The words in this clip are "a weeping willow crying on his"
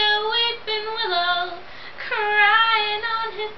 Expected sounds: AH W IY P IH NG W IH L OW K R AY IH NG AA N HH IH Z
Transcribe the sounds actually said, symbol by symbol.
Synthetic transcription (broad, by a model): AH W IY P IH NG W IH L OW K R AY IH NG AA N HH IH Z